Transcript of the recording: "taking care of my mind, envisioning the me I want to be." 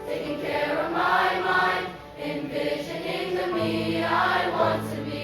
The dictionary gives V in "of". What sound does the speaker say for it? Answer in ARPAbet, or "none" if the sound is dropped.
V